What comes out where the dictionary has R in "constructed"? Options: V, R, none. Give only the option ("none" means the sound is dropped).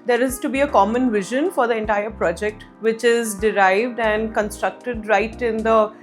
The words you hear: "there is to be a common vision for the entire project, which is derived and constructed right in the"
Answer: R